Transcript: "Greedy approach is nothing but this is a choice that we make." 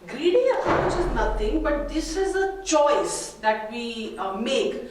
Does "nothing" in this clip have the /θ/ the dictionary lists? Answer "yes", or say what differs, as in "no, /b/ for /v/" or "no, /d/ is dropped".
no, /t/ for /θ/